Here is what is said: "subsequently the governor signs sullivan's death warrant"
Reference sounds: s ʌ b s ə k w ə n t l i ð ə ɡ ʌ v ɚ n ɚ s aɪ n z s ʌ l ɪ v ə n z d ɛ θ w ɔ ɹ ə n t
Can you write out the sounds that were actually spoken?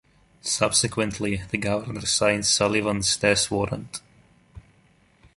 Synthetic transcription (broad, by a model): s ʌ b s ə k w ə n t l i ð ə ɡ ʌ v ɚ n ɚ s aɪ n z s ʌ l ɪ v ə n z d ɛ s w ɔ ɹ ə n t